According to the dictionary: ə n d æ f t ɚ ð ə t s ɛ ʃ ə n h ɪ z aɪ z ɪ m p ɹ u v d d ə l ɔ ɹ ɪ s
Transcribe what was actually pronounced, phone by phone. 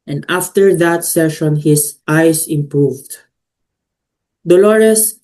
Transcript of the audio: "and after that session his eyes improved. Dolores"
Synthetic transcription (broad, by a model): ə n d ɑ f t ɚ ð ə t s ɛ ʃ ə n h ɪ s aɪ s ɪ m p ɹ u v d d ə l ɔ ɹ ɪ s